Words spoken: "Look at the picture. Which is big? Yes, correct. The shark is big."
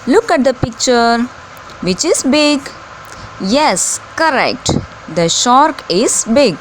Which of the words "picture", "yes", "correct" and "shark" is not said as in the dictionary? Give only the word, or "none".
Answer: none